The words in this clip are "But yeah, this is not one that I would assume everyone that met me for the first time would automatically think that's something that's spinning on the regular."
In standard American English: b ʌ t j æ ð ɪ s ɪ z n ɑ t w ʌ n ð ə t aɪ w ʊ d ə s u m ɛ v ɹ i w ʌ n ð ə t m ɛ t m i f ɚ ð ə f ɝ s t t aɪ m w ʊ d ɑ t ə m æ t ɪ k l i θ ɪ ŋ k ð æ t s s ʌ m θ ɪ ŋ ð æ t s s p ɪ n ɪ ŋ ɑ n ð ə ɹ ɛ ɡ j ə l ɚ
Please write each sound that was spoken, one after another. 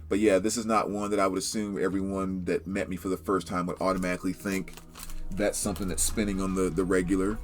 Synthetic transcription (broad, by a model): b ʌ t j æ ð ɪ s ɪ z n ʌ t w ʌ n ð ə t aɪ w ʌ d ə s u m ɛ v ɹ i w ʌ n ð ə t m ɛ t m i f ɚ ð ə f ɝ s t t aɪ m w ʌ d ɑ t ə m æ t ɪ k l i θ ɪ ŋ k ð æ t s s ʌ m θ ɪ ŋ ð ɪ t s s p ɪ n ɪ ŋ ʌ n ð ə ɹ ɛ ɡ j l ɚ